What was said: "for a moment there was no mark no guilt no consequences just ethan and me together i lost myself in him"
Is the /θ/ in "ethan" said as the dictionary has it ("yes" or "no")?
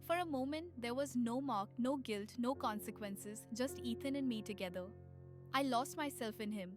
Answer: no